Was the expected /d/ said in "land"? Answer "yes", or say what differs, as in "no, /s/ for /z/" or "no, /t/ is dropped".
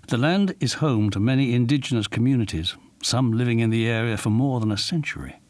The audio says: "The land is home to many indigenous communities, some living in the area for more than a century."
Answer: yes